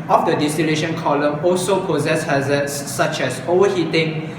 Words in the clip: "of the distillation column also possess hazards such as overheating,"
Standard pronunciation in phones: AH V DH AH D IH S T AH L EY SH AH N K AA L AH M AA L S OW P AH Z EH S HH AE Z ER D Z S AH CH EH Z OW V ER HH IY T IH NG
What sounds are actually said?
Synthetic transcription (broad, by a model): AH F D AH D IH S T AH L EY SH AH N K AA L AH M AA L S OW P AH Z EH S HH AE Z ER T S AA CH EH S OW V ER HH IY T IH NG